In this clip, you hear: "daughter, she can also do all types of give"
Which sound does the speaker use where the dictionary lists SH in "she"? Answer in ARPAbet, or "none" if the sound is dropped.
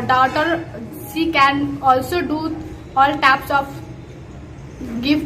S